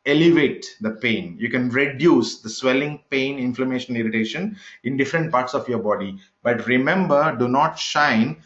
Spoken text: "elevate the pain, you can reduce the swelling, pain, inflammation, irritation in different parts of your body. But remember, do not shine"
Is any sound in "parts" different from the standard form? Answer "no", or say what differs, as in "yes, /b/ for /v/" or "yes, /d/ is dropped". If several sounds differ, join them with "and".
no